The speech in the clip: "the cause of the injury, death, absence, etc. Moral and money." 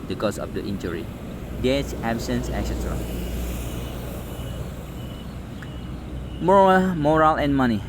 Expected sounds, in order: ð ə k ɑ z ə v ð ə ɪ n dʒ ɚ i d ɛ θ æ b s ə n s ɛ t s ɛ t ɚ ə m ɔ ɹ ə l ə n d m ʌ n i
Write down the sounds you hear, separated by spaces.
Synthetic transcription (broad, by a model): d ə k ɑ s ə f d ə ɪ n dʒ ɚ i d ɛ s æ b s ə n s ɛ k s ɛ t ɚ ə m ɔ ɹ ə l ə n m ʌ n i